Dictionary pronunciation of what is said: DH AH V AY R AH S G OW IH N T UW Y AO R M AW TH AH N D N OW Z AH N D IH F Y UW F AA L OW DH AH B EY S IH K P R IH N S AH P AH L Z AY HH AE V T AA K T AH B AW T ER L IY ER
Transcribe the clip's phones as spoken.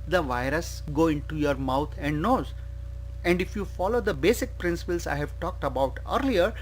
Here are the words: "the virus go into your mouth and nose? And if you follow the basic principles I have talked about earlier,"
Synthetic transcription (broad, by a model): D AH V AY R AH S G OW IH N T UW Y AO R M AW T AH N D N OW Z AH N D IH F Y UW F AA L OW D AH B EY S IH K P R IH N S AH P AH L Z AY HH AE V T AA K T AH B AW T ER L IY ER